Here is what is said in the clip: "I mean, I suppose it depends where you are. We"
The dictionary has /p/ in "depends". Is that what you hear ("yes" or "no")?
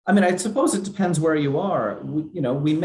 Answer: yes